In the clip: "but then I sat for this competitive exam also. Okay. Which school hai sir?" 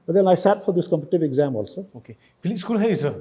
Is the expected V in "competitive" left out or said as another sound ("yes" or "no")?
yes